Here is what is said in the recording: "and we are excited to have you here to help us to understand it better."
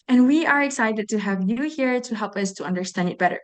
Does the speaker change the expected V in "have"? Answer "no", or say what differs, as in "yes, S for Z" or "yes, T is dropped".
no